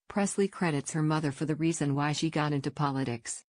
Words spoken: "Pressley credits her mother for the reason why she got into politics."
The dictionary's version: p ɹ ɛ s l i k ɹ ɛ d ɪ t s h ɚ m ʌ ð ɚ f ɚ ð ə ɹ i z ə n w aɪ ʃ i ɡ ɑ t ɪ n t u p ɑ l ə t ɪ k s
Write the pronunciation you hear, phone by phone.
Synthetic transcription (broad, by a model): p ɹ ɛ s l i k ɹ ɛ d ɪ t s h ɚ m ʌ ð ɚ f ɚ ð ə ɹ i z ə n w aɪ ʃ i ɡ ɑ t ɪ n t u p ɑ l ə t ɪ k s